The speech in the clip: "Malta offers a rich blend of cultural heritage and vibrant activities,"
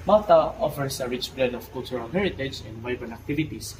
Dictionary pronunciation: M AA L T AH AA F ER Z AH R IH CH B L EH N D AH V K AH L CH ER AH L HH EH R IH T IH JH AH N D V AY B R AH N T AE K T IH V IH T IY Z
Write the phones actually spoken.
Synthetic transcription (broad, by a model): M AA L T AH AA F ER S AH R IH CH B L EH D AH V K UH L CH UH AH L HH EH R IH T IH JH AH N D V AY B AH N AE K T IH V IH T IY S